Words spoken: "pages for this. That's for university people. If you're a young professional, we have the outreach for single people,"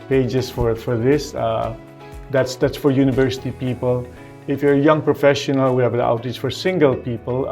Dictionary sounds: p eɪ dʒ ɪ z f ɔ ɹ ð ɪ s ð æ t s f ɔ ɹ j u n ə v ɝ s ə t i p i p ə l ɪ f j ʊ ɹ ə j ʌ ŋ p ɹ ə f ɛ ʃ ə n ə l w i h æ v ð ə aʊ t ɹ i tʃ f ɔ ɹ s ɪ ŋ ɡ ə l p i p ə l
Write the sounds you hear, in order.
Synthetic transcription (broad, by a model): p eɪ dʒ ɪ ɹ f ɔ ɹ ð ɪ s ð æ t s f ɔ ɹ j u n ə v ɝ s ə t i p i p ə l ɪ f j ə j ʌ ŋ p ɹ ə f ɛ ʃ ə n ə l w i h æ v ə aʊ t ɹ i s f ɔ ɹ s ɪ ŋ ɡ ə l p i p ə l